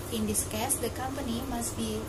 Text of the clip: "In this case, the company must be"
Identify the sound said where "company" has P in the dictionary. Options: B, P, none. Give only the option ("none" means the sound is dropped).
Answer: P